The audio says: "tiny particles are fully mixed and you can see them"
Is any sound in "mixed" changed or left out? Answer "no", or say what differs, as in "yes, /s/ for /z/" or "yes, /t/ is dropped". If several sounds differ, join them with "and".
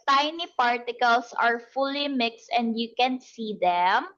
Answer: no